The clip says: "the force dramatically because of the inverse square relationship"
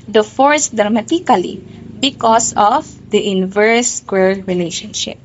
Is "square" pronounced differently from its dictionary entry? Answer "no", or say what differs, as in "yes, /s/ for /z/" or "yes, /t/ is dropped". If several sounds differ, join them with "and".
yes, /l/ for /ɹ/